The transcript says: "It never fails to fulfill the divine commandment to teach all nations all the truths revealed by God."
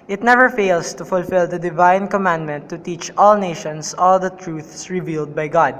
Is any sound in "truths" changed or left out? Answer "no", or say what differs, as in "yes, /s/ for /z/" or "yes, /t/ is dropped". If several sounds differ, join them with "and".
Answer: no